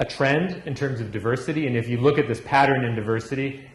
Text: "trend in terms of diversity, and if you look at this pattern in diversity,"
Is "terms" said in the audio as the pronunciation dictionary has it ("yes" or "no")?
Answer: yes